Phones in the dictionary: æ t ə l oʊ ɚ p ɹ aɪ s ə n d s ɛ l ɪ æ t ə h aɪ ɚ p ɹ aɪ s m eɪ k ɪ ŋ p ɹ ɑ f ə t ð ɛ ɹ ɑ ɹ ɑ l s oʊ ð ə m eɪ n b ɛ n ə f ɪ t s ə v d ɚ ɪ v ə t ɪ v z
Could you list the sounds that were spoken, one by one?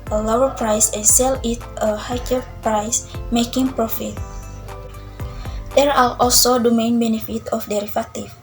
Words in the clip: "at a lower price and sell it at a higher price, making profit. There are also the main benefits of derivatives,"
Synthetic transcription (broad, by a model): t ə l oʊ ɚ p ɹ aɪ s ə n s ɛ l ɪ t ə h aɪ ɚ p ɹ aɪ s m eɪ k ɪ ŋ p ɹ ɑ f ə t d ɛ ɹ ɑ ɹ ɑ l s oʊ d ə m eɪ n b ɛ n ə f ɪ t ə f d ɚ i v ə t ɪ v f